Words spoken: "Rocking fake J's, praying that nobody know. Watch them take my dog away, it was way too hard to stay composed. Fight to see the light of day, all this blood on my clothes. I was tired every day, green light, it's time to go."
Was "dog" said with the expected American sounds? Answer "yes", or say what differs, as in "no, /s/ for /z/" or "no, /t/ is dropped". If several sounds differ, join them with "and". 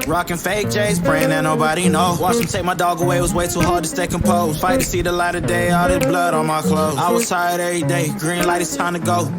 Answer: yes